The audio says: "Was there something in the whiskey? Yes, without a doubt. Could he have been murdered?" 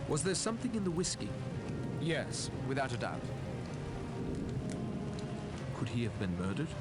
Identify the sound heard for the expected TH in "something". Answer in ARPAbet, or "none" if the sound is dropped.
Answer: TH